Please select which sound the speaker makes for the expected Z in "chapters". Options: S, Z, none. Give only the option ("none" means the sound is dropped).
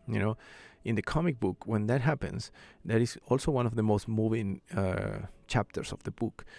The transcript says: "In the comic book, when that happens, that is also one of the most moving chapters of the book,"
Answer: S